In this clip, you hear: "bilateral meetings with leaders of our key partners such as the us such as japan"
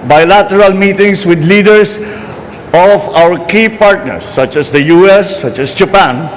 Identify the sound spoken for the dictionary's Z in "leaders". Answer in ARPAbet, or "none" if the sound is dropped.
S